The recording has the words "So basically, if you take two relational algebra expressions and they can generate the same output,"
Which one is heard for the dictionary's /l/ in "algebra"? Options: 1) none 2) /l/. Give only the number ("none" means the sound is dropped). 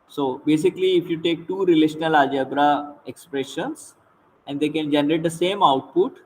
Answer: 1